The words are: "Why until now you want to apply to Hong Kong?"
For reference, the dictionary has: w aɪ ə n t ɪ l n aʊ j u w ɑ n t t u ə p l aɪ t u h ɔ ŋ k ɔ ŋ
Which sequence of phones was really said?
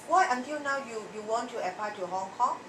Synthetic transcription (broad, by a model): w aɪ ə n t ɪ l n aʊ j u w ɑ n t t u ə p aɪ t u h ɔ ŋ k ɔ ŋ